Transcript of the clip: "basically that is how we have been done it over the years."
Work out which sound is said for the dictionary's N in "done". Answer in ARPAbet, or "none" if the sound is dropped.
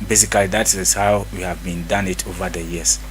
N